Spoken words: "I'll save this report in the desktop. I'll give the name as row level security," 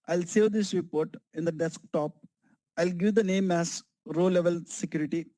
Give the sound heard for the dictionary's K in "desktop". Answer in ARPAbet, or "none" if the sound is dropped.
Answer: K